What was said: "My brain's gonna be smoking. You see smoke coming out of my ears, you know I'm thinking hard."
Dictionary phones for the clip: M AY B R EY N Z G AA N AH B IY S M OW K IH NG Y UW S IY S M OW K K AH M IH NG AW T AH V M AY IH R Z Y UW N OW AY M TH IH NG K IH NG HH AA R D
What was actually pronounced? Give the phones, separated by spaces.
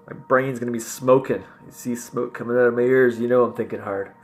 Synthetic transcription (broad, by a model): M AY B R EY N Z G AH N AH B IY S M OW K IH NG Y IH S IY S M OW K K AH M IH NG AW T AH V M AY IH R Z Y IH N OW AY M TH IH NG K IH NG HH AA R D